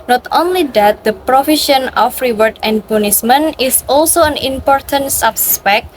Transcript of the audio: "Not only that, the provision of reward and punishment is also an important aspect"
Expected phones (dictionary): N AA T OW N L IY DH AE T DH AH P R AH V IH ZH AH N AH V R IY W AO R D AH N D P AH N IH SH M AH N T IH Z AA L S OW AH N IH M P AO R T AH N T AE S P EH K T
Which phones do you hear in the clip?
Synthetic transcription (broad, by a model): N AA T OW N L IY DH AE T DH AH P R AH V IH SH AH N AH F R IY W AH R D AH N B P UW N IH S M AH N IH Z AA L S OW AH N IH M P AO R T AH N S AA S P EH K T